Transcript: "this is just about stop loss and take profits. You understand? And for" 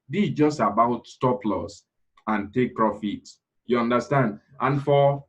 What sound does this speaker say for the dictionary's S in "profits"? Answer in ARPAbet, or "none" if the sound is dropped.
none